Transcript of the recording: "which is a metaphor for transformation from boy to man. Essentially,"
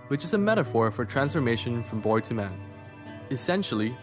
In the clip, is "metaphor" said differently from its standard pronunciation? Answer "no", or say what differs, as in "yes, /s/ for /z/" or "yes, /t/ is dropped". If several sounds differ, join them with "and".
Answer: no